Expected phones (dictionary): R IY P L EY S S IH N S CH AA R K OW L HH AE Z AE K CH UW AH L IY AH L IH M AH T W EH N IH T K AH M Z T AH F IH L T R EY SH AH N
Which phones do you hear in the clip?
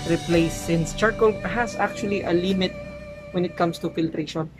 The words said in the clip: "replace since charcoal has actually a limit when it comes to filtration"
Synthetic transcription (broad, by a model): R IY P L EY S S IH N S CH AA R K OW L HH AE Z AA K CH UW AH L IY AH L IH M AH T W EH N IH T K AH M S T AH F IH L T R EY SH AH N